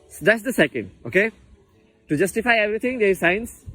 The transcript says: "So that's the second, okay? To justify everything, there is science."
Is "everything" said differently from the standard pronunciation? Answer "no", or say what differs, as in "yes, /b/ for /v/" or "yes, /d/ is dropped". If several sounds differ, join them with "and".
yes, /t/ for /θ/